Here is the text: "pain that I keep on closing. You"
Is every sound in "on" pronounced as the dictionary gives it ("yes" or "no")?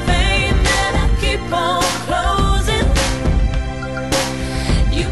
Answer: no